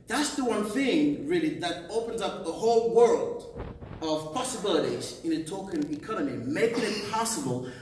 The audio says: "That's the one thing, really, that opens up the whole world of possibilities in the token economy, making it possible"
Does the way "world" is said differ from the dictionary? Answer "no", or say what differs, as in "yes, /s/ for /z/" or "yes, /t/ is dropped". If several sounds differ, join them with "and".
no